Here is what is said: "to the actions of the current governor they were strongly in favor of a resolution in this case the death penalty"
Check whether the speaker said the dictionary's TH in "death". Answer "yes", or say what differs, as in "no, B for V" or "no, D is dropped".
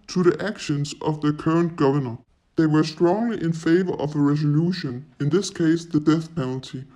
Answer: yes